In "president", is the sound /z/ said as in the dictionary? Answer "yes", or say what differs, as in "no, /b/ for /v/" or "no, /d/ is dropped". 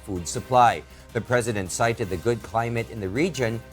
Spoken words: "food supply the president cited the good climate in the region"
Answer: yes